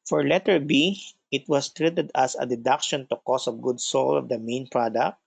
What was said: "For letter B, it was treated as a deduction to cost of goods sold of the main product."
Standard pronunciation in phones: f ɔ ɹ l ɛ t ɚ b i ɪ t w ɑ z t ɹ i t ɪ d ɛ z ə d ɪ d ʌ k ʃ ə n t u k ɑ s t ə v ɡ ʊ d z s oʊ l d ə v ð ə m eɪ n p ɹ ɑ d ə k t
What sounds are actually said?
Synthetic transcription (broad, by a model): f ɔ ɹ l ɛ t ɚ b i ɪ t w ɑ s t ɹ i t ɪ d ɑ s ə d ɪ d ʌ k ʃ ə n t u k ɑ s ə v ɡ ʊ d s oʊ l ə v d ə m eɪ n p ɹ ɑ d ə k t